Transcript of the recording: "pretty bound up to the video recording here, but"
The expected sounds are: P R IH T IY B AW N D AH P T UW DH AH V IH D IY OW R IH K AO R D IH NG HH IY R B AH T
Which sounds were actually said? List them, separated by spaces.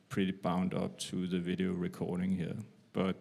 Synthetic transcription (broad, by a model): P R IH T IY B AW N D AH P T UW DH AH V IH D IY OW R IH K AO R D IH NG HH IY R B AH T